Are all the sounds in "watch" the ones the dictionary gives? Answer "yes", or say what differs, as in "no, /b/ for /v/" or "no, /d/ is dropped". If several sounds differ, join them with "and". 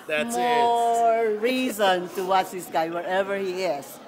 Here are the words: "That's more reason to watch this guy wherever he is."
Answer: no, /s/ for /tʃ/